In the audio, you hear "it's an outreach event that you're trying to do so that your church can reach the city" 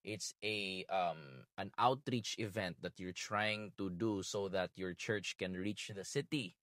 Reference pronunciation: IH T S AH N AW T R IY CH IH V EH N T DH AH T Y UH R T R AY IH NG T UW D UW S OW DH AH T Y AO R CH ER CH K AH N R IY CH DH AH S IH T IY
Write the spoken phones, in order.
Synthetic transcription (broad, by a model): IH T S AH N AW T R IY CH IH V EH N T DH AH T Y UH R T R AY IH NG T UW D UW S OW DH AH T Y AO R CH ER CH K AH N R IY CH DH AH S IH T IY